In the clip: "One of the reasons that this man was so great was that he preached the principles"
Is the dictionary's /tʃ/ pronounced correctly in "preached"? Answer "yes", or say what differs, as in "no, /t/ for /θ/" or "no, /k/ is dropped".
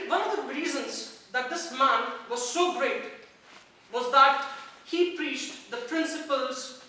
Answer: yes